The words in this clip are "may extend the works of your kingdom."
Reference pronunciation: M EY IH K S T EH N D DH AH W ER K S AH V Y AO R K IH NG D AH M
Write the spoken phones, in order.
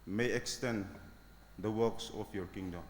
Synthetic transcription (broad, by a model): M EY IH K S T EH N D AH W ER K S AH P Y AO R K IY NG D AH M